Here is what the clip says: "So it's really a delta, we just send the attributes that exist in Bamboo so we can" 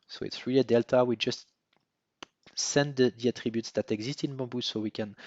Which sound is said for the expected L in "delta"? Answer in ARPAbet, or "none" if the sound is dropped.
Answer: L